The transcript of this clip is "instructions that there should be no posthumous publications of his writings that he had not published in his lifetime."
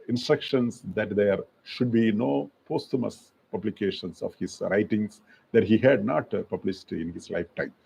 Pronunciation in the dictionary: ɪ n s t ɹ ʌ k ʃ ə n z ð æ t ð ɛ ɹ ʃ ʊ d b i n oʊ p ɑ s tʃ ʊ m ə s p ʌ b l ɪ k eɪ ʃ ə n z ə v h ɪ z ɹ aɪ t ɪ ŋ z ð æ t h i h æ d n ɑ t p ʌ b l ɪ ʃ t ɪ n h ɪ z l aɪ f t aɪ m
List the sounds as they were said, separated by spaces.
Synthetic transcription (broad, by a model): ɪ n s t ɹ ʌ k ʃ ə n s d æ t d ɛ ɹ ʃ ʊ d b i n oʊ p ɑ s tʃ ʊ m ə s p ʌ b l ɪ k eɪ ʃ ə n s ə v h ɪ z ɹ aɪ t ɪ ŋ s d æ t h i h æ d n ɑ t p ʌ b l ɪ s t ɪ n h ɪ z l aɪ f t aɪ m